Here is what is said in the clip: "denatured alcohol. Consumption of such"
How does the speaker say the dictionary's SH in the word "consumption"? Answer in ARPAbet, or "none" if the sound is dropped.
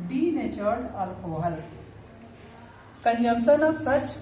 S